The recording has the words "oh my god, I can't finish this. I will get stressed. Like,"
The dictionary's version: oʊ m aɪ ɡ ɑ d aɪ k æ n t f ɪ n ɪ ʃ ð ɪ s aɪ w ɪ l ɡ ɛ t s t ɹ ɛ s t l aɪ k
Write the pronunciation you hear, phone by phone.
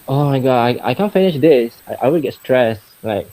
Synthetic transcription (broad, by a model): oʊ m aɪ ɡ ɑ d aɪ k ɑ n f ɪ n ɪ ʃ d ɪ s aɪ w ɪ w ɡ ɛ t s t ɹ ɛ s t l aɪ k